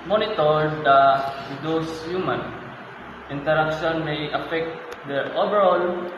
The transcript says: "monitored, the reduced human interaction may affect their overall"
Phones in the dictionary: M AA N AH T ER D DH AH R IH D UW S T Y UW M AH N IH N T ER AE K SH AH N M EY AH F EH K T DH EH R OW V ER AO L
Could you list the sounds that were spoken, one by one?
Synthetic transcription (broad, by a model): M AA N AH T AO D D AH W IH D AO S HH Y UW M AH N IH N T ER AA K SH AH N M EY AH F EH K T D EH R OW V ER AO L